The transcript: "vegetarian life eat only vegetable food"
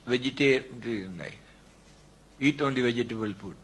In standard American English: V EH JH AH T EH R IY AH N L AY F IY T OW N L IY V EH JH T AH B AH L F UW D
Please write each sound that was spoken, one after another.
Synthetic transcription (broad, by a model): V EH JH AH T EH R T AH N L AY IY T OW N L IY V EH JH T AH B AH L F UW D